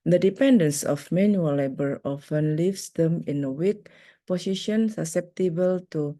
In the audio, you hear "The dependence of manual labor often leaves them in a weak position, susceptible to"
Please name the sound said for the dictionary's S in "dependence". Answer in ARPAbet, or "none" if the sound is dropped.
S